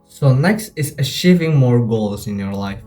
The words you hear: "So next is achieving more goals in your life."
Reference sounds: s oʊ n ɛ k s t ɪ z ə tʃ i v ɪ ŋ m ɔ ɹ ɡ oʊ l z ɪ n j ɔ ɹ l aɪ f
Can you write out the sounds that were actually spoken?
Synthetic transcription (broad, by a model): s oʊ n ɛ k s t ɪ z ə ʃ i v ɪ ŋ m ɔ ɹ ɡ oʊ l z ɪ n j ɔ ɹ l aɪ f